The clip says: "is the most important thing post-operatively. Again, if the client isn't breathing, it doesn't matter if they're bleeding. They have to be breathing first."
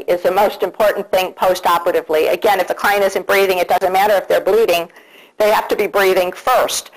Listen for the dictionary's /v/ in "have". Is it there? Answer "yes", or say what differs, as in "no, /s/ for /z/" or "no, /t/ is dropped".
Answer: no, /f/ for /v/